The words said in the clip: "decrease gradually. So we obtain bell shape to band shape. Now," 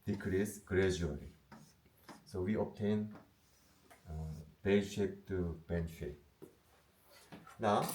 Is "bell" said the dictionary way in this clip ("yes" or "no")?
no